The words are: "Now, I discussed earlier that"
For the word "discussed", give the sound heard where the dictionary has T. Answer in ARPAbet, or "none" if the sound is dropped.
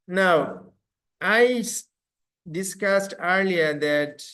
T